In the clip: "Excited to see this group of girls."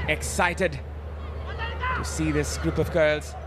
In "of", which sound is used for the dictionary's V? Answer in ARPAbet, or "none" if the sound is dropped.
V